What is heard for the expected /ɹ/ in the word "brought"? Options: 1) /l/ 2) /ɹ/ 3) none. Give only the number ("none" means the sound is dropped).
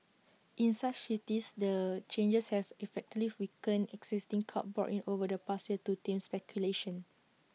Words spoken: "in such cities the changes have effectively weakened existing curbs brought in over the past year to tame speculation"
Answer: 3